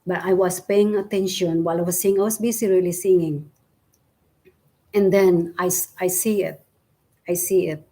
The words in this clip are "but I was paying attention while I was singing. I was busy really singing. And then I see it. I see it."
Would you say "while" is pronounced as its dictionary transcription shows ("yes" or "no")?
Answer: yes